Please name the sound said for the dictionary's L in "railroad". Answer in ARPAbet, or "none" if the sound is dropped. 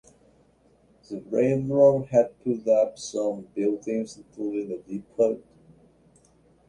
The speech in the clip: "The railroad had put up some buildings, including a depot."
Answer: N